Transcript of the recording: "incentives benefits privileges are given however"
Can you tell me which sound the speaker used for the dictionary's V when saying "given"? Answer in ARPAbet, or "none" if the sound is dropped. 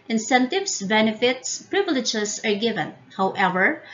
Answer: V